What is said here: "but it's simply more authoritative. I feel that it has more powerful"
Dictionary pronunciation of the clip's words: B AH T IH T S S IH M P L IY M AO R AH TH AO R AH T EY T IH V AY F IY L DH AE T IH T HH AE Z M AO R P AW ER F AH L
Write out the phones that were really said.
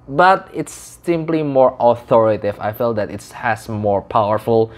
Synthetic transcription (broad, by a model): B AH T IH T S S IH M P L IY M AO R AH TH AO R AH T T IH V AY F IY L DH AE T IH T HH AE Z M AO R P AW ER F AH L